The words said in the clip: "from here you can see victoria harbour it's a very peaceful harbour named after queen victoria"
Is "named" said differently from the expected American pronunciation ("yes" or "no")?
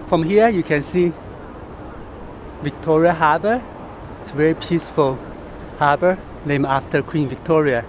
yes